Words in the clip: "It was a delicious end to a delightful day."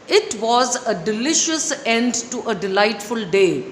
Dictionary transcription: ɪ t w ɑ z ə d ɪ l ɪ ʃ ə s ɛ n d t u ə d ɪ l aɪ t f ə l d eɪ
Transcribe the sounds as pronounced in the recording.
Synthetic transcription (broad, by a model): ɪ t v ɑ z ə d ɪ l ɪ ʃ ə s ɛ n d t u ə d ɪ l aɪ t f ə l d eɪ